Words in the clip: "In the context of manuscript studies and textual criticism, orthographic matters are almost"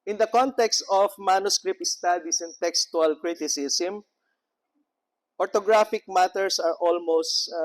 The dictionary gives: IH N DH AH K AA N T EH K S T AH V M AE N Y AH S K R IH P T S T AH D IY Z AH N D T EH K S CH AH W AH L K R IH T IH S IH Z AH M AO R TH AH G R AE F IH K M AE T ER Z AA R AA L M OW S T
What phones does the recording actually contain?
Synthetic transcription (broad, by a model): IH N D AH K AA N T EH K S T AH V M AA N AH S K R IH P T S T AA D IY S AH N T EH K S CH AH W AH L K R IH T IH S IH S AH M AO R T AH G R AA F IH K M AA T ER S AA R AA L M OW S T